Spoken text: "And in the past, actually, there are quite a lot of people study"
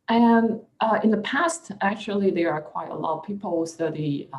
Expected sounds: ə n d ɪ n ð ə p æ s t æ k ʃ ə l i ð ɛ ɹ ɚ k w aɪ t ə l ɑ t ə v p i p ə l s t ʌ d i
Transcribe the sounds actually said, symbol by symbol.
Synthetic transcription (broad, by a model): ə n ɪ n ð ə p æ s t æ k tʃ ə l i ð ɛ ɹ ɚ k w aɪ t ə l ɑ t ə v p i p l s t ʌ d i